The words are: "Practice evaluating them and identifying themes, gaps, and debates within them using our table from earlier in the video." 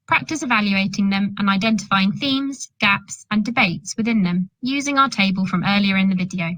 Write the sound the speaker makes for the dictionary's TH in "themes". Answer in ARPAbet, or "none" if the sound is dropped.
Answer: TH